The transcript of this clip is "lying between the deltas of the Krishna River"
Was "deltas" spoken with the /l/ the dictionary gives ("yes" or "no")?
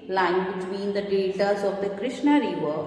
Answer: no